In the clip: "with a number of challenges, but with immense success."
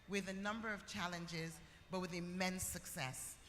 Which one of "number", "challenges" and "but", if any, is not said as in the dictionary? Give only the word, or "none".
none